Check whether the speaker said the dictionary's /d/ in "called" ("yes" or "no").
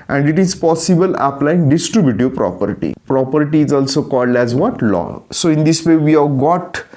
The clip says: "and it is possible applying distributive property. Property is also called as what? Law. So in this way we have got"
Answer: yes